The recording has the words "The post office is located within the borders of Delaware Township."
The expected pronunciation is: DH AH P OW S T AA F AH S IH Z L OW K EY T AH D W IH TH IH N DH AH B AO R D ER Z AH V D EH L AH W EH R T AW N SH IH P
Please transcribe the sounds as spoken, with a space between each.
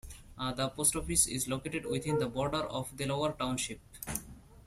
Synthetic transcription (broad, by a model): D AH P OW S T AA F AH S IH Z L OW K EY T AH D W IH T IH N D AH B AO R D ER AH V D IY L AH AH R T AW N SH IH P